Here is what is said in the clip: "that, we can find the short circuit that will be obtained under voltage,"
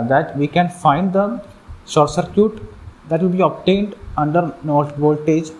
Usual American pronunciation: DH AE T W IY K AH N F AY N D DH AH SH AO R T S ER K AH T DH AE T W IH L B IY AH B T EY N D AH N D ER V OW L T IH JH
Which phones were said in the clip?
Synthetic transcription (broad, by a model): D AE T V IY K AH N F AY N D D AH S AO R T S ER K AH T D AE T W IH L B IY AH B T EY N D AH N D ER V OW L T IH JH